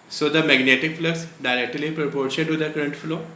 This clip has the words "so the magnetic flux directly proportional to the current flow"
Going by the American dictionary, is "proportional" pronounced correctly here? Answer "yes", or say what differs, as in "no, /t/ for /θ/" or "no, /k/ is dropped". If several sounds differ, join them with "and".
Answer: no, /n/ is dropped and /n/ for /l/